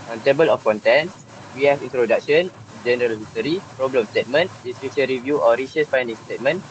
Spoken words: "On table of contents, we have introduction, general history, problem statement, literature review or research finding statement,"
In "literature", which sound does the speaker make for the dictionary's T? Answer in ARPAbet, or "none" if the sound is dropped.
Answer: S